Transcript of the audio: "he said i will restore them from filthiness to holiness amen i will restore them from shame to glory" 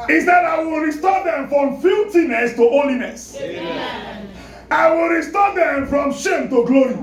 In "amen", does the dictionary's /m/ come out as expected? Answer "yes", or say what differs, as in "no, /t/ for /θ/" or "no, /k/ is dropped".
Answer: no, /m/ is dropped